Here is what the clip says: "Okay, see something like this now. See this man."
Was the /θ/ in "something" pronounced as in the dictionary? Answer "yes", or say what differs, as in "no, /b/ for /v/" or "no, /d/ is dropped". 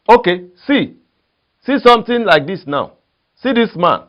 no, /t/ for /θ/